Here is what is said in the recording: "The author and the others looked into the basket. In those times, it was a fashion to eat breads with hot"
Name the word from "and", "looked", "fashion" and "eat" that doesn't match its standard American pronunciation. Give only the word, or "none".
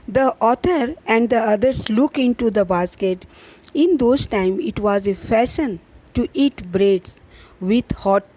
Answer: looked